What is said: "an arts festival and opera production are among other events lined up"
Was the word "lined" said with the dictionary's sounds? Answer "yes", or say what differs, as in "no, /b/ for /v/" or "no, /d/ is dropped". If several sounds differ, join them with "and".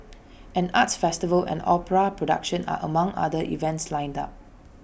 yes